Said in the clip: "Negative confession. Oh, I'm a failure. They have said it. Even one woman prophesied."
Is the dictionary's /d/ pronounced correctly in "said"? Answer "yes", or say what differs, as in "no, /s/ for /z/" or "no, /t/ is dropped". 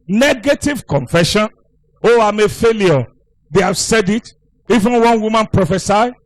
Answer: yes